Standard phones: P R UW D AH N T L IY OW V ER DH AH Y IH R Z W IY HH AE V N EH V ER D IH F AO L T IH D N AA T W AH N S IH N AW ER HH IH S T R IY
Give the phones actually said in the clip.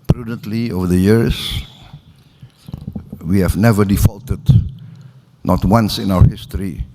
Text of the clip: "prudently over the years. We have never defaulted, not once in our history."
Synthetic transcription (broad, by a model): P R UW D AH N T L IY OW V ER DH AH Y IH R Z W IY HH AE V N EH V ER D IH F AO L T IH D N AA T W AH N S IH N AW ER HH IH S T R IY